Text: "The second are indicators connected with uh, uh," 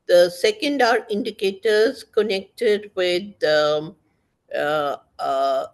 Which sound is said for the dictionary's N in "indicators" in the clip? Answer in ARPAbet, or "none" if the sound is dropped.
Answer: N